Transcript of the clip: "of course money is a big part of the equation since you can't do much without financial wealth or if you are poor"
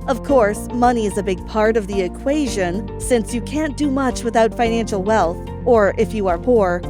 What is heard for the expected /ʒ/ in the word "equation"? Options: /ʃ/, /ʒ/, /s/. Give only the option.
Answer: /ʒ/